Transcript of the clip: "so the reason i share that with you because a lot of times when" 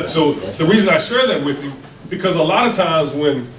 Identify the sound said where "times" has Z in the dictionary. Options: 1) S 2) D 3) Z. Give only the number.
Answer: 3